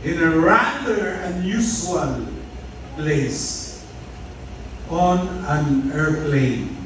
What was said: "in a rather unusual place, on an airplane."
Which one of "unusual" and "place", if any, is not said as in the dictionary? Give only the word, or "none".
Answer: unusual